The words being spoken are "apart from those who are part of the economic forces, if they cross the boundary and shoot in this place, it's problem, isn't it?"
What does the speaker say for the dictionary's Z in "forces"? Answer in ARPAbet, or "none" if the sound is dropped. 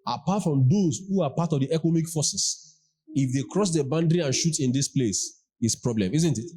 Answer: S